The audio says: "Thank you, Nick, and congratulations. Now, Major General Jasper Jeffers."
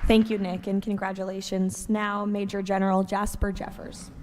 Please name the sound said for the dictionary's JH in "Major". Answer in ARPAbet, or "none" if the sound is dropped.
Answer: JH